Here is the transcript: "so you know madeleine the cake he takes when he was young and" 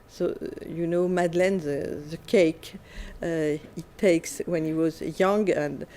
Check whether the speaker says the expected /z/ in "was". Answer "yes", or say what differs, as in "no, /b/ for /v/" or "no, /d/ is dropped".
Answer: yes